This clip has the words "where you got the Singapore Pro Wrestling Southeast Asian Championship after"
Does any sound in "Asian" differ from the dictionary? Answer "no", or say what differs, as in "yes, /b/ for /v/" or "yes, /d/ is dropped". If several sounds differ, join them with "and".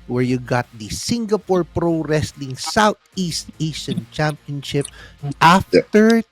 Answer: yes, /s/ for /ʒ/